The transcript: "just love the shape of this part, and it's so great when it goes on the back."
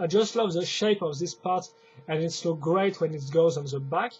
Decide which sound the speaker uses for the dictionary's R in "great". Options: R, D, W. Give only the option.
R